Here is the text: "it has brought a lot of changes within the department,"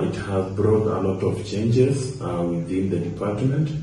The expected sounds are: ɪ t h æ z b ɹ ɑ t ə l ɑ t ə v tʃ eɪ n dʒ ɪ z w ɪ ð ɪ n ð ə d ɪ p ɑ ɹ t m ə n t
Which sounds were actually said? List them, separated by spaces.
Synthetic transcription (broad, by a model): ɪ t h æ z b ɹ ɑ t ə l ɑ t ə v tʃ eɪ n dʒ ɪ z w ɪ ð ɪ n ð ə d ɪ p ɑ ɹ t m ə n t